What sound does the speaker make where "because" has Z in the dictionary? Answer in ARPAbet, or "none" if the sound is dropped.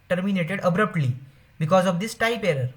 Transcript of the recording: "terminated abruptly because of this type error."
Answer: Z